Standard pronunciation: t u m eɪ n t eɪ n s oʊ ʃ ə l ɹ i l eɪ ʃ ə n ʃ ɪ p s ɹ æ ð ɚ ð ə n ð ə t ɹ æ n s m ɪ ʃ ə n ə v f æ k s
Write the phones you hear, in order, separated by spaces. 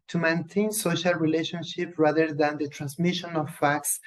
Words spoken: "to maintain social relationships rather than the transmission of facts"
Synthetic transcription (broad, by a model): t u m eɪ n t eɪ n s oʊ ʃ ə l ɹ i l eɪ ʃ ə n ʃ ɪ p ɹ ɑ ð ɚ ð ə n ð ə t ɹ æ n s m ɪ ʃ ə n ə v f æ k s